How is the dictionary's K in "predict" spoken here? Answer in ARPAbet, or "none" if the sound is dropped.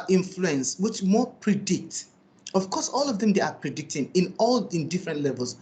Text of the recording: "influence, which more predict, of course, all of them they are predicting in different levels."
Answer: K